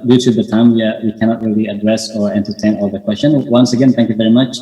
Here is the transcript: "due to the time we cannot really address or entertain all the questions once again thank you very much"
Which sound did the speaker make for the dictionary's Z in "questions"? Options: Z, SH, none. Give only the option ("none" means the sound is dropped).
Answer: none